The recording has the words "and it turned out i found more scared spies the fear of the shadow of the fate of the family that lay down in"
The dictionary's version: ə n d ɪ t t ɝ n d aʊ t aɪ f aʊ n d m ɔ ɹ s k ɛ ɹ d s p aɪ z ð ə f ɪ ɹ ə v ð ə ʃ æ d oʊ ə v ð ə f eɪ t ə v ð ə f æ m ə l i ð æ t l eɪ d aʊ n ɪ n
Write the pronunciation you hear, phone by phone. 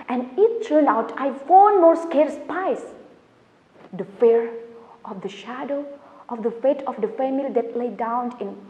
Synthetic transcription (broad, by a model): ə n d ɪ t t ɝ n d aʊ t aɪ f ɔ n m ɔ ɹ s k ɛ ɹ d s p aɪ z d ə f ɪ ɹ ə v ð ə ʃ æ d oʊ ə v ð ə f eɪ t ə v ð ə f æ m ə l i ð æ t l eɪ d aʊ n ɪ n